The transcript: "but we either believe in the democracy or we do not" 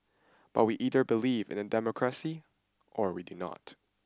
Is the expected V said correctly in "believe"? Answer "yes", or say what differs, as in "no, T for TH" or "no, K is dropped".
yes